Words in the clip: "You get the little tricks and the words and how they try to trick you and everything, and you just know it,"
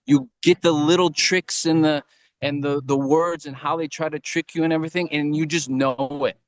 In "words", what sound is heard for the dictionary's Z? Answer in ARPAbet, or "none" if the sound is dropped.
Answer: Z